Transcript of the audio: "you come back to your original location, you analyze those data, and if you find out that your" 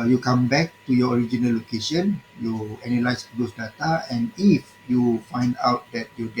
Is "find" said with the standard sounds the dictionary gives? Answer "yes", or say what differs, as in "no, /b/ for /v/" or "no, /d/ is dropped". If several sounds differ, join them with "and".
yes